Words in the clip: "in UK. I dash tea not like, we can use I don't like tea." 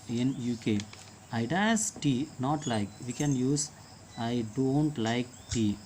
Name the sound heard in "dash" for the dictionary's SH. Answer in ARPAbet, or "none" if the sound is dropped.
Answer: S